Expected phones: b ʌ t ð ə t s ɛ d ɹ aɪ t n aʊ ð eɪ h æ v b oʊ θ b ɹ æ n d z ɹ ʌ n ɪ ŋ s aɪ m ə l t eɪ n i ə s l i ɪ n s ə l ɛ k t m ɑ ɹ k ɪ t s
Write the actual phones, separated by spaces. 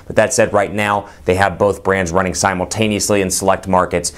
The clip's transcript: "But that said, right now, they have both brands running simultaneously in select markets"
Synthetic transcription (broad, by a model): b ʌ t ð ə t s ɛ d ɹ aɪ t n aʊ ð eɪ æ v b oʊ θ b ɹ æ n d z ɹ ʌ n ɪ ŋ s aɪ m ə l t eɪ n i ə s l i ɪ n s ə l ɛ k t m ɑ ɹ k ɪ t s